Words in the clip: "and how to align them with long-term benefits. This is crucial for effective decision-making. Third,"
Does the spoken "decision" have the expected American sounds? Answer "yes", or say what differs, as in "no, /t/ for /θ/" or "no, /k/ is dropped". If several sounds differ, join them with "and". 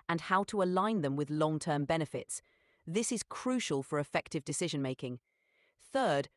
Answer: yes